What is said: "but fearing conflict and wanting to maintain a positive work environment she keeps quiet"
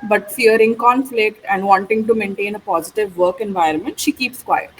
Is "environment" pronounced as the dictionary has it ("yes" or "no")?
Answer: yes